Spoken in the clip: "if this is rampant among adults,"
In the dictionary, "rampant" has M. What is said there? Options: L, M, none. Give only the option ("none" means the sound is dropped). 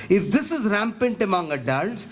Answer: M